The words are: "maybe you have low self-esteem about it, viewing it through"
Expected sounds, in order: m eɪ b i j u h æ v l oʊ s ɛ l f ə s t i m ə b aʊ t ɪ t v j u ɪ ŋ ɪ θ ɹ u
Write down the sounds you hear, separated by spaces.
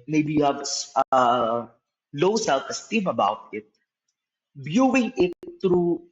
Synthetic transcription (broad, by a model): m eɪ b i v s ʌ l oʊ s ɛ l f ə s t i m ə b aʊ t ɪ t b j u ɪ ŋ ɪ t ɹ u